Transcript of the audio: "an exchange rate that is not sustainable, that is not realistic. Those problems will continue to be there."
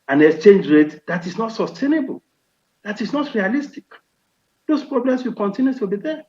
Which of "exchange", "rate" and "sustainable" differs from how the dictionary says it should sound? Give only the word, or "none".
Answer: none